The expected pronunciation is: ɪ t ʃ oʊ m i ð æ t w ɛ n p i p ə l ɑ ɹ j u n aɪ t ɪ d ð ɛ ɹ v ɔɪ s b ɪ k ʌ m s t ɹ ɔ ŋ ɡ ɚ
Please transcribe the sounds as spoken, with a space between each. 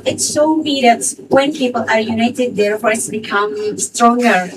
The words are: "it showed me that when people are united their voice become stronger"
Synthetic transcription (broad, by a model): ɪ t s oʊ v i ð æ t w ɛ n p i p ə l ɑ ɹ j u n aɪ t ɪ d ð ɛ ɹ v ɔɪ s b ɪ k ʌ m s t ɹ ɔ ŋ ɡ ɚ